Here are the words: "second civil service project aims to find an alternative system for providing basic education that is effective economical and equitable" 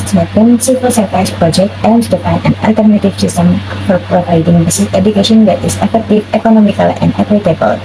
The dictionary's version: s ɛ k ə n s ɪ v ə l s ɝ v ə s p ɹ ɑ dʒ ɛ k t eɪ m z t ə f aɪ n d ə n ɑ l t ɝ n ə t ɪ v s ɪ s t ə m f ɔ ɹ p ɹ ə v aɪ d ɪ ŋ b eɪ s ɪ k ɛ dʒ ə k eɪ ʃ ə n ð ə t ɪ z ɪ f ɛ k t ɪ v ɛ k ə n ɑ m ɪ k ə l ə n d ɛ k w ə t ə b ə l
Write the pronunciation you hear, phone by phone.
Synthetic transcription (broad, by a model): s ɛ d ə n s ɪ p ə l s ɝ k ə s p ɹ ɑ dʒ ɛ k t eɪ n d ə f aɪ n ə n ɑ l t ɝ n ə t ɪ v s ɪ s t ə m f ɔ ɹ p ɹ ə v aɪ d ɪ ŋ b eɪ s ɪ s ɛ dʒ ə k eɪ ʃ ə n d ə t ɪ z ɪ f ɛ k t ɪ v ɛ k ə n ɑ m ɪ k ə l ə n d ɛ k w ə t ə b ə l